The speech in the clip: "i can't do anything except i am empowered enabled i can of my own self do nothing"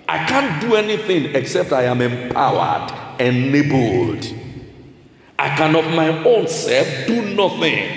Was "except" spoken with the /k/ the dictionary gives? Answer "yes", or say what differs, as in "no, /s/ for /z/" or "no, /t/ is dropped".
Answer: yes